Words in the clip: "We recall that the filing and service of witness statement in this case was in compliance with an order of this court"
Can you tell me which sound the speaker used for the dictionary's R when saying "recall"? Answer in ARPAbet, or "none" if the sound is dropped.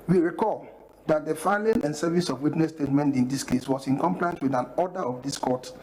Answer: R